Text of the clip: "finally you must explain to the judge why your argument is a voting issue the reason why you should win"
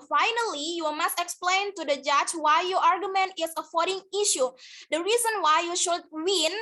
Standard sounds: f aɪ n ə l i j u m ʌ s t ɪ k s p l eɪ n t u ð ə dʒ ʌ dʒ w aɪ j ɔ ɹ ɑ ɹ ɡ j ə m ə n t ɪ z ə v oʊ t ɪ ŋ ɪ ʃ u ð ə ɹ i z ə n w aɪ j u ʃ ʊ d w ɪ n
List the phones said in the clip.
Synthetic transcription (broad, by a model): f aɪ n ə l i j u m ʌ s t ɪ k s p l eɪ n t u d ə dʒ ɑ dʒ w aɪ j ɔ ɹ ɑ ɹ ɡ j ə m ə n t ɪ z ə f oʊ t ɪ ŋ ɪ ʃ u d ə ɹ i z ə n w aɪ j u ʃ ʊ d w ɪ n